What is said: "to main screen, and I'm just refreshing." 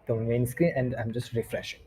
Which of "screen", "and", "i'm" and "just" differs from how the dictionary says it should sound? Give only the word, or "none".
screen